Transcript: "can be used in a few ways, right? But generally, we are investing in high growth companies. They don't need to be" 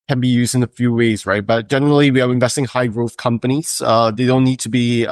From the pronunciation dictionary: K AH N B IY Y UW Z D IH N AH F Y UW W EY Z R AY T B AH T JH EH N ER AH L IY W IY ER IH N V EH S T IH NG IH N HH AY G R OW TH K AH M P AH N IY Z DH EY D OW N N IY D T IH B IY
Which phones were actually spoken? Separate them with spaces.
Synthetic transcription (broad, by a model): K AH N B IY Y UW Z D IH N AH F Y UW W EY Z R AY T B AH T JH EH N ER L IY W IY ER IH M V EH S T IH NG HH AY G R OW TH K AH M P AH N IY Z DH EY D OW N N IY D T IH B IY